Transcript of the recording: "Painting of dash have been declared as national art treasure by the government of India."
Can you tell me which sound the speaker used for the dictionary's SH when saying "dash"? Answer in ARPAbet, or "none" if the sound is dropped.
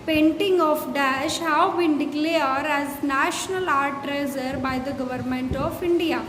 SH